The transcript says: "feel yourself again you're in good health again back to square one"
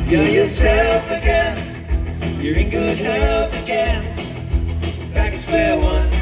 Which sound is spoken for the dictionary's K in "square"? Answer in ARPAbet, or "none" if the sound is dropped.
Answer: none